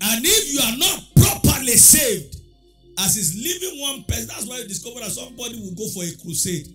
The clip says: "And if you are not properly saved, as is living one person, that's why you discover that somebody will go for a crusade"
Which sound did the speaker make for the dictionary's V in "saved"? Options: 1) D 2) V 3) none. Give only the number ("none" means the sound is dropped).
2